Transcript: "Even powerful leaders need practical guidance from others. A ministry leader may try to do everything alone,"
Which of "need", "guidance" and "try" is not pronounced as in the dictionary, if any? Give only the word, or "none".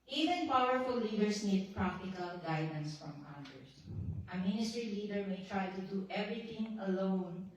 none